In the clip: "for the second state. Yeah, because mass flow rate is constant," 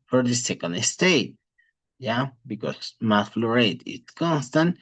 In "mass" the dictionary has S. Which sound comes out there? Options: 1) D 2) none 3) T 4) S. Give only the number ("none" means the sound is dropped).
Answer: 2